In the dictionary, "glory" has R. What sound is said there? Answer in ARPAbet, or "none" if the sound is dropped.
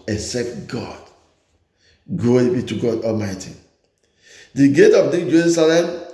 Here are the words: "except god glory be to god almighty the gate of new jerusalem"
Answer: none